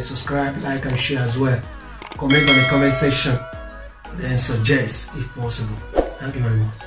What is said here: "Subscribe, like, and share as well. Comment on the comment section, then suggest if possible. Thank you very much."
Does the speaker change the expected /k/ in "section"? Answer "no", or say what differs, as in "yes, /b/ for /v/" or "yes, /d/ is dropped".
yes, /k/ is dropped